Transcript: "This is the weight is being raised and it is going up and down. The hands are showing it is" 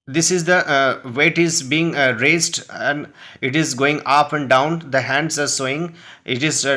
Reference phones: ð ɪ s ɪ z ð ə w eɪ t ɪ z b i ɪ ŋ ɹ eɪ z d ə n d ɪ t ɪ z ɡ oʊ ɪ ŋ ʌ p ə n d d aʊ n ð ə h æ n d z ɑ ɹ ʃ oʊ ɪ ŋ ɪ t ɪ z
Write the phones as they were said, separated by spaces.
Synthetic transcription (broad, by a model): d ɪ s ɪ z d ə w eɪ t ɪ z b i ɪ ŋ ɹ eɪ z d ə n d ɪ t ɪ z ɡ oʊ ɪ ŋ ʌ p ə n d d aʊ n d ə h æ n d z ɑ ɹ s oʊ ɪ ŋ ɪ t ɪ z